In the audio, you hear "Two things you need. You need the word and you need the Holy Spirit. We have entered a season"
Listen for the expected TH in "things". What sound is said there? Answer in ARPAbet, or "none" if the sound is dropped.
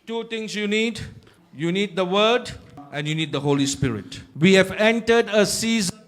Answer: T